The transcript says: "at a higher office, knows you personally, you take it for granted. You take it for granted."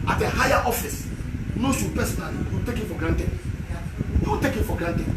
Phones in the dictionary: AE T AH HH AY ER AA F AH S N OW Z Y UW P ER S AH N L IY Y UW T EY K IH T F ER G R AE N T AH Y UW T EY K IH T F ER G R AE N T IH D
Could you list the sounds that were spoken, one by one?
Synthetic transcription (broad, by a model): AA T AH HH AY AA AA F AH S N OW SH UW P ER S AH N IY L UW T EY K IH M F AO G R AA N T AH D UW T EY K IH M F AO G R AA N T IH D